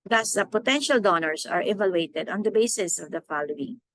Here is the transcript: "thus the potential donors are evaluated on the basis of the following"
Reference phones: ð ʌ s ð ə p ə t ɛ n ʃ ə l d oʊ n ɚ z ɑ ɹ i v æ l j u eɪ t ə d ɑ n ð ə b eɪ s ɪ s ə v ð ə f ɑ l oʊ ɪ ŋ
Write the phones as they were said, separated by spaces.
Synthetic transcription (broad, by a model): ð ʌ s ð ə p ə t ɛ n ʃ ə l d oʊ n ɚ s ɑ ɹ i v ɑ l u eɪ t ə d ɑ n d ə b eɪ s ɪ s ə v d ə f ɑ l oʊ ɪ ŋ